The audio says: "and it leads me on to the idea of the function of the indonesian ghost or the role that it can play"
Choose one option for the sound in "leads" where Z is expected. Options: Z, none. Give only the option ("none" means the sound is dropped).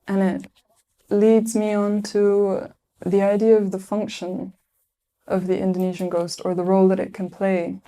Z